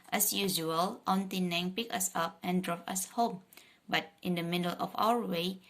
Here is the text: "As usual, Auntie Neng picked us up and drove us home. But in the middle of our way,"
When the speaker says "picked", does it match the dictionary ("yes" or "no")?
no